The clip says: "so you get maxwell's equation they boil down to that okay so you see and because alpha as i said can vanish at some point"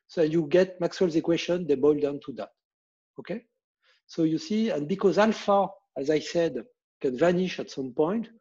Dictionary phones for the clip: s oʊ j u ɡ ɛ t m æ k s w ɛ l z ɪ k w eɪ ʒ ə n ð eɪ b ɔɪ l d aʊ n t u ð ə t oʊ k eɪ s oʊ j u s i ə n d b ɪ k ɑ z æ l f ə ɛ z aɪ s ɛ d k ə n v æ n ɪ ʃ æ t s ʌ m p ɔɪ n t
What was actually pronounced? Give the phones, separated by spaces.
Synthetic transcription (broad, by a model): s oʊ j u ɡ ɛ t m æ k s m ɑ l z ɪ k w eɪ ʃ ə n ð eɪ b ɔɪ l d aʊ n t u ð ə t oʊ k eɪ s oʊ j u s i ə n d b ɪ k ɑ z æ l f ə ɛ z aɪ s ɛ d k ə n v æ n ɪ ʃ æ t s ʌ m p ɔɪ n t